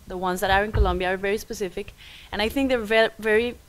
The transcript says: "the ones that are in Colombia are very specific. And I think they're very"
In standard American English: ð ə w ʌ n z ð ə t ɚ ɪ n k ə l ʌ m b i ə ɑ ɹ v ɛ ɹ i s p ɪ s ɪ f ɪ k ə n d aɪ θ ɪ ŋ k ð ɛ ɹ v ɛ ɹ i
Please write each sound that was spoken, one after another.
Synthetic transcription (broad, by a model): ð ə w ʌ n z ð ə t ɚ ɪ n k ə l ʌ m b i ə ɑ ɹ v ɛ ɹ i s p ɪ s ɪ f ɪ k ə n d aɪ θ ɪ ŋ k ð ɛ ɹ v ɛ ɹ i